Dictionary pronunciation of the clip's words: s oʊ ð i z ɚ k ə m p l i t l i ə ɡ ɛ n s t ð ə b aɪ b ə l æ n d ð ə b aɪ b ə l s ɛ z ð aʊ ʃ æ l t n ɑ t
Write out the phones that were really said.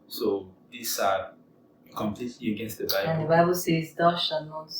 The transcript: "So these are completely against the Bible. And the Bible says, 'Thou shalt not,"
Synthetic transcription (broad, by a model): s oʊ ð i s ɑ k ə m p l i t l i ə ɡ ɛ n s t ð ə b aɪ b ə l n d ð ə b aɪ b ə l s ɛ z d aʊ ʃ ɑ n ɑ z